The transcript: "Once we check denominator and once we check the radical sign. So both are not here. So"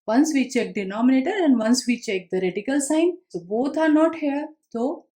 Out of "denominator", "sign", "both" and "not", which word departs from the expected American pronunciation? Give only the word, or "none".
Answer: both